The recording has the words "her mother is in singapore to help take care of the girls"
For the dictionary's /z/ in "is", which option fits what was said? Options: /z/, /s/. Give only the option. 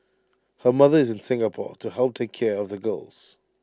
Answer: /z/